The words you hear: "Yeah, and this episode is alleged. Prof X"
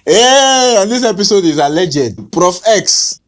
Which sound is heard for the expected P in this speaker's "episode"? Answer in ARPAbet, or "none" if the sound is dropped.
P